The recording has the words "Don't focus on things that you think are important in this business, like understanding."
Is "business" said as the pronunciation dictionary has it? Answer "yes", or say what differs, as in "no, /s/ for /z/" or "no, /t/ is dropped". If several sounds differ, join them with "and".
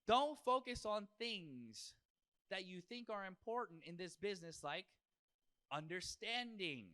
yes